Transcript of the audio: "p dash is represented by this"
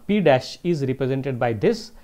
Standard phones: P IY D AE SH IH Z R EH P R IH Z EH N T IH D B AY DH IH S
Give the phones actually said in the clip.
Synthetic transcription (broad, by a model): P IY D AE SH IH Z R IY P R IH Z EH N T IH D B AY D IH S